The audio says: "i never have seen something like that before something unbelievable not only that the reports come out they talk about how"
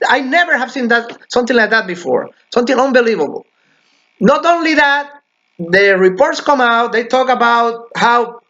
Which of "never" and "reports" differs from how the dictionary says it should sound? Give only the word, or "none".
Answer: none